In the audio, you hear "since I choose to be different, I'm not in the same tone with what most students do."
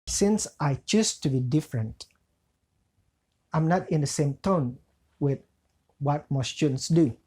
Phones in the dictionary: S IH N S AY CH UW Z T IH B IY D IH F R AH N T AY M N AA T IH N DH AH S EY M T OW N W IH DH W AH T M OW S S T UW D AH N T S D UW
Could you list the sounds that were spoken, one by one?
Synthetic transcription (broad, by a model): S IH N S AY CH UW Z T IH B IY D IH F R AH N T AY M N AA T IH N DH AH S EY M T OW N W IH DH W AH T M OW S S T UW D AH N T S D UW